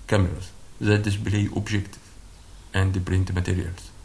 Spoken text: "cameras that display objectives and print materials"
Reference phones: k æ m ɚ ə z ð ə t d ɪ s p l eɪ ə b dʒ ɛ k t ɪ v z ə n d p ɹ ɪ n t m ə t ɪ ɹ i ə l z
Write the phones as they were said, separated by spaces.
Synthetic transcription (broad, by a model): k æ m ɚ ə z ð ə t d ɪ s b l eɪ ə b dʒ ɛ k t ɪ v ə n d p ɹ ɪ n t m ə t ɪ ɹ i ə l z